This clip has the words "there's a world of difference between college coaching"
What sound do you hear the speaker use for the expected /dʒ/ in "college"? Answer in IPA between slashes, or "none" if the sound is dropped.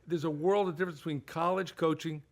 /ʒ/